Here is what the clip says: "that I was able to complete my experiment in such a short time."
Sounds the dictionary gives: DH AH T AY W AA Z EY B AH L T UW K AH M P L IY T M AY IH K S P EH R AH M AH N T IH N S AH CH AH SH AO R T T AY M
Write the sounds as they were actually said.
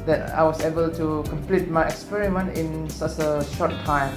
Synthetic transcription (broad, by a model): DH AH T AY W AA S EY B AH L T UW K AH M P L IY T M AY IH K S P EH R AH M AH N T IH N S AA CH AH SH AO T T AY M